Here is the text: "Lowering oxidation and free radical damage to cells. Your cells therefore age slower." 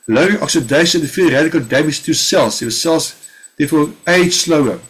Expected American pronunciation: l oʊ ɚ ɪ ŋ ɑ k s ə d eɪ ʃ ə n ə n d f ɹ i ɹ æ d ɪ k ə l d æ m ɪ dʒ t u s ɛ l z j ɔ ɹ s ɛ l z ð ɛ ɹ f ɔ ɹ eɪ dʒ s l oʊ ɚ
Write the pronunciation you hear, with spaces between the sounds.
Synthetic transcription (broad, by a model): l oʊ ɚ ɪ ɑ k s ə d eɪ ə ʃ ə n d f i ɹ æ d ɪ k ə l d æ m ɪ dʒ t u s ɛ l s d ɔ s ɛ l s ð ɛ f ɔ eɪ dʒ s l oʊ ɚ